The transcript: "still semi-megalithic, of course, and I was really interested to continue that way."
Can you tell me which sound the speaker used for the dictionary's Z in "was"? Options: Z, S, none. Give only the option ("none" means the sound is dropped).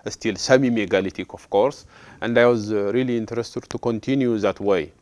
Z